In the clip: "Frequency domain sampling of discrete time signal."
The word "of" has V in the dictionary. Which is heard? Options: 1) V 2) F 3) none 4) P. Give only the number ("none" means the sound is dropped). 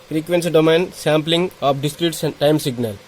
4